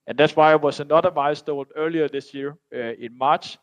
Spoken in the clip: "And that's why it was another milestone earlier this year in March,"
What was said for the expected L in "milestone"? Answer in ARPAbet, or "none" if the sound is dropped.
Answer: none